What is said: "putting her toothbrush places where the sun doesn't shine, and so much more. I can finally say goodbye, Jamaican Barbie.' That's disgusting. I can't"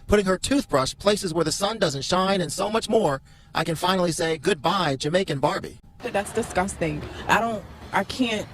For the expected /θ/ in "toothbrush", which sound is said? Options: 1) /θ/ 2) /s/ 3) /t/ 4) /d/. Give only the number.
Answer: 1